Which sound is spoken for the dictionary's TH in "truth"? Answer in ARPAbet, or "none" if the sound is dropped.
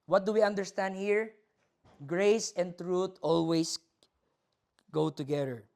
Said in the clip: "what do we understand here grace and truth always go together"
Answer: T